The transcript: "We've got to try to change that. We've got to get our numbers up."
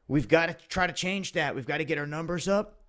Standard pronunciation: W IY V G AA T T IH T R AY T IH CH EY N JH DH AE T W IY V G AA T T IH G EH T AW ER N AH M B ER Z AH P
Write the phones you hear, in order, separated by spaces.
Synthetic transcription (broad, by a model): W IY V G AA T T IH T R AY T IH CH EY N JH DH AE T W IY V G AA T T IH G EH T AW ER N AH M B ER Z AH P